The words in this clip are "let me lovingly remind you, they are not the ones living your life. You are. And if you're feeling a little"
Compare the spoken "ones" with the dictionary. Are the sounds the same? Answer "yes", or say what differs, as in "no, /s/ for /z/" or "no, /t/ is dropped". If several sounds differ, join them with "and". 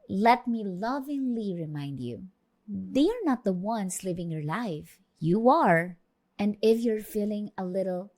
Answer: no, /s/ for /z/